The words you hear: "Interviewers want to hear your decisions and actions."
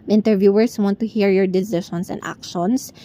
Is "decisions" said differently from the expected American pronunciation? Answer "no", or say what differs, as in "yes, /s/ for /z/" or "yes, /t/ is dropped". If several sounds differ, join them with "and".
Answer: yes, /ʃ/ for /ʒ/ and /s/ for /z/